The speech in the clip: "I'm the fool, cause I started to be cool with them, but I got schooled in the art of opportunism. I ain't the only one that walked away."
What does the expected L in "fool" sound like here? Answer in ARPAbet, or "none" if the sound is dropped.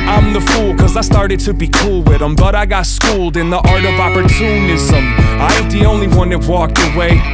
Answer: L